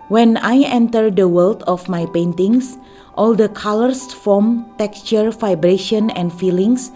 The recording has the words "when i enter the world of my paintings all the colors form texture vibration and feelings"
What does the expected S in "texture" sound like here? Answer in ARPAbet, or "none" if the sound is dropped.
S